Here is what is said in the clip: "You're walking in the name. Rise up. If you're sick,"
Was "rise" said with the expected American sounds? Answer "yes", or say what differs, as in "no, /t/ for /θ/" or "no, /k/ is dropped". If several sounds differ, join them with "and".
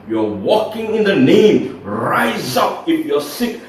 yes